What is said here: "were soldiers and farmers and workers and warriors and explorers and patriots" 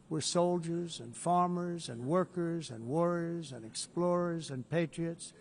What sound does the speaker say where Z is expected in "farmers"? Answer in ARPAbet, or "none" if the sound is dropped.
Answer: Z